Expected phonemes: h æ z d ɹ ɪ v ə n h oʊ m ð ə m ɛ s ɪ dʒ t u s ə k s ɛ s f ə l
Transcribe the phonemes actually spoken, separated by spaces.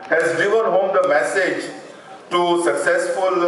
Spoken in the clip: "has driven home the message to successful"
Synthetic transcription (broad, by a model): h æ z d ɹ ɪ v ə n h oʊ m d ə m ɛ s ɪ dʒ t u s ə k s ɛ s f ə l